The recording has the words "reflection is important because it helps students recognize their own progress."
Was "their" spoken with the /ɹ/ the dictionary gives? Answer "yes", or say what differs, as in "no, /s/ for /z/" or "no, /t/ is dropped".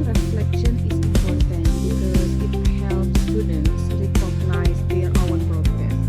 no, /w/ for /ɹ/